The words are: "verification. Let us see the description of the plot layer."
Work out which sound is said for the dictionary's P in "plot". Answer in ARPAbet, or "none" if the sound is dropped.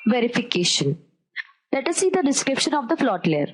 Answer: F